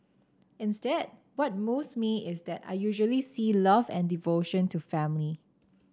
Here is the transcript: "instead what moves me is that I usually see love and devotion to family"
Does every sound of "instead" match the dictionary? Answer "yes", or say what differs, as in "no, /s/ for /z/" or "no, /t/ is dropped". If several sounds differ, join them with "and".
yes